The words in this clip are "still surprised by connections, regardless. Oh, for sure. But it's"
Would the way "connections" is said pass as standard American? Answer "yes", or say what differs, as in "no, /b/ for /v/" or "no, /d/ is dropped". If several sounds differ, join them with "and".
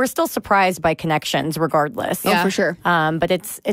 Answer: yes